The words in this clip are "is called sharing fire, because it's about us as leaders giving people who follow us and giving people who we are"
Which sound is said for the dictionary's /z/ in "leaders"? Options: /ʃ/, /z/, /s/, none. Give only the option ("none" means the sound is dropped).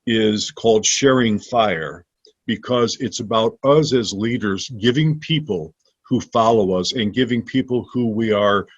/z/